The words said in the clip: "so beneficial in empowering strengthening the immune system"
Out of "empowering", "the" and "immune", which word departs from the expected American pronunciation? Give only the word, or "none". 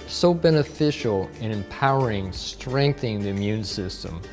none